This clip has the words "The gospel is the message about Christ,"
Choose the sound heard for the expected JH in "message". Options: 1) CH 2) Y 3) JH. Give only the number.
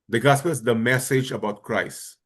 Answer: 3